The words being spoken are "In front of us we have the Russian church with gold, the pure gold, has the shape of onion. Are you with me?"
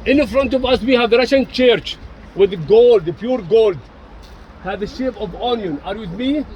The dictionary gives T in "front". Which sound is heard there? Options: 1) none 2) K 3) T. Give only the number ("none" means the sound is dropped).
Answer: 3